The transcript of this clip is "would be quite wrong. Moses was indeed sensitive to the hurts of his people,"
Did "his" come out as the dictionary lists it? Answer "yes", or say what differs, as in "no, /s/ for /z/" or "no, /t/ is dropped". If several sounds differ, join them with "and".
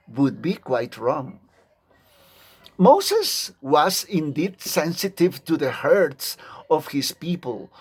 no, /s/ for /z/